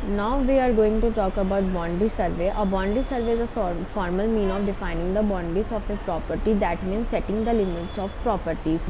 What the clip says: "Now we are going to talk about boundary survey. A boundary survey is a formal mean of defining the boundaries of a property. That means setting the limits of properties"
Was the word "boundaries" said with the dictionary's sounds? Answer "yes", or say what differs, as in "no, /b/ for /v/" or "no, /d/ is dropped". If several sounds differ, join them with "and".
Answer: no, /ɹ/ is dropped